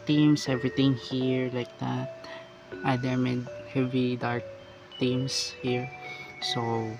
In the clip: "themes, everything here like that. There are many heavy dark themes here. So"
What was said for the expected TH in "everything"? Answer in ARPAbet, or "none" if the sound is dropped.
T